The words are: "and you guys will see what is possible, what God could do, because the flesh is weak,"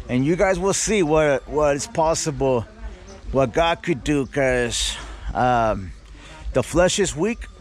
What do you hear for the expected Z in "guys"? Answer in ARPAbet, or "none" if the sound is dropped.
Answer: Z